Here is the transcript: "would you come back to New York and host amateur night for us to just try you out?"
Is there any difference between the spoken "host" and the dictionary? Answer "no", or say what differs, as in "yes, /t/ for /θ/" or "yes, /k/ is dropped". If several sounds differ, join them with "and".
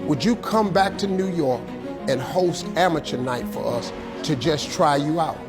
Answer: no